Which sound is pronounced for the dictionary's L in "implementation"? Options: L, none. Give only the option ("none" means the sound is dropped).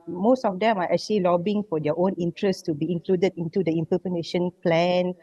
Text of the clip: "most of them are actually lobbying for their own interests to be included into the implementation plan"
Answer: none